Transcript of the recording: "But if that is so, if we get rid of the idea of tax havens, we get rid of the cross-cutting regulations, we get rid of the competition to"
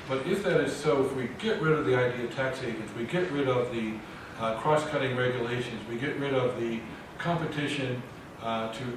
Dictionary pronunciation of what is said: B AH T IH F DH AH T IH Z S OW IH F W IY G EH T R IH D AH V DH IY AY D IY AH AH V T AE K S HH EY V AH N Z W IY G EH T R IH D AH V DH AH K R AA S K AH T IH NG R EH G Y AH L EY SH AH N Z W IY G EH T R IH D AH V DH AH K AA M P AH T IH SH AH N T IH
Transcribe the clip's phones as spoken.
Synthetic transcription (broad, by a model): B AH T IH F DH AH T IH Z S OW IH F W IY G EH T R IH D AH V DH IY AY D IY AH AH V T AE K S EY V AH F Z W IY G EH T R IH D AH V DH AH K R AA S K AH T IH NG R EH G Y AH L EY SH AH N Z W IY G EH T R IH D AH V DH AH K AA M P AH T IH SH AH N T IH